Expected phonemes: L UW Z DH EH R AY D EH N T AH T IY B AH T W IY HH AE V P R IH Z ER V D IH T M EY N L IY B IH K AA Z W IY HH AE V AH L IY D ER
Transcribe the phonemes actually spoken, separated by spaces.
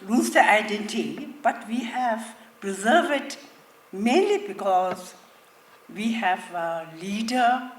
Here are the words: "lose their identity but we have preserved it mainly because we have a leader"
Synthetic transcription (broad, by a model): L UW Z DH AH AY D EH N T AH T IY B AH T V IY HH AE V P R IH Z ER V IH T M EY N L IY B IH K AA Z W IY HH AE V AH L IY D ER